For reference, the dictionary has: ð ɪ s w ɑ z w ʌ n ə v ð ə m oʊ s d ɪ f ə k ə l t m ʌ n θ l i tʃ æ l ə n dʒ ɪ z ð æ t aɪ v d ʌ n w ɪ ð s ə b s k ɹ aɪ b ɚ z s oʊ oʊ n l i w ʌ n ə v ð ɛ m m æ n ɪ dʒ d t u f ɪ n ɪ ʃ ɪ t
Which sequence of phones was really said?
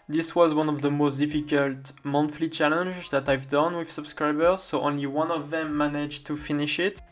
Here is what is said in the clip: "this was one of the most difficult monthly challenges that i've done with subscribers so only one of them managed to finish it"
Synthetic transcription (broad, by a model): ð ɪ s w ɑ z w ʌ n ə v ð ə m oʊ s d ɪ f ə k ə l t m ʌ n f l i tʃ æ l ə n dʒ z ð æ t aɪ v d ʌ n w ɪ ð s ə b s k ɹ aɪ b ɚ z s oʊ oʊ n l i w ʌ n ə v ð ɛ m m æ n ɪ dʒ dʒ t u f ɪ n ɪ ʃ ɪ t